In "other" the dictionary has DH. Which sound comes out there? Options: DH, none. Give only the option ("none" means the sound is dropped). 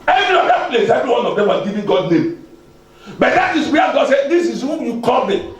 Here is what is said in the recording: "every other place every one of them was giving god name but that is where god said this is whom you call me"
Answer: none